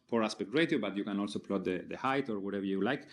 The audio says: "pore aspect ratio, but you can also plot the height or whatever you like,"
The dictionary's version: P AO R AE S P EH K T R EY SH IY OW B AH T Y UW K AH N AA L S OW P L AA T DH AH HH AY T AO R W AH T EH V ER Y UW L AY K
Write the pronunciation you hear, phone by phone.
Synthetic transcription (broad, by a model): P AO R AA S P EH K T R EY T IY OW B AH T Y UW K AH N AA L S OW P L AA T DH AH HH AY T AO R W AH T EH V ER Y UW L AY K